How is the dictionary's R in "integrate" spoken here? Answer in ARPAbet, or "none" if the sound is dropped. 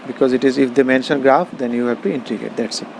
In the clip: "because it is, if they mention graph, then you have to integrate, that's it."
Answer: none